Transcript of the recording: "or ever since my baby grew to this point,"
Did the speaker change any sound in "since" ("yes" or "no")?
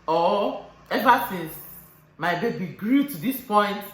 yes